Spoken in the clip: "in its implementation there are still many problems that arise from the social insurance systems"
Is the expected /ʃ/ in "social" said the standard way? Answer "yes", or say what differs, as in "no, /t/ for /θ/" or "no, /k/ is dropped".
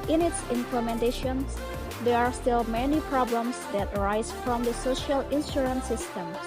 yes